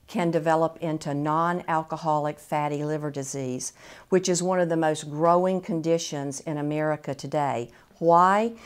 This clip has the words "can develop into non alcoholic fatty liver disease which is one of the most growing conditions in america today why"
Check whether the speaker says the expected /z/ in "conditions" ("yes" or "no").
yes